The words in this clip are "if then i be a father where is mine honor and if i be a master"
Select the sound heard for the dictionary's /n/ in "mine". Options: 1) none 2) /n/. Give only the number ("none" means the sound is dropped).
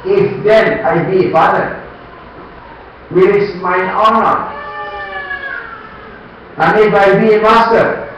1